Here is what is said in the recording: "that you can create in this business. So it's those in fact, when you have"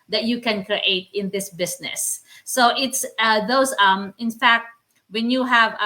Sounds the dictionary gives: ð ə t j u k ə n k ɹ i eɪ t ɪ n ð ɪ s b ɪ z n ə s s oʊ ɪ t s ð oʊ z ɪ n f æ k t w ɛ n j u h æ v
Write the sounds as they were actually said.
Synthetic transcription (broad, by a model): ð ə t j u k ə n k ɹ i eɪ t ɪ n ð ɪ s b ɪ s n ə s s oʊ ɪ t s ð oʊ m ɪ n f æ k t w ɛ n j u h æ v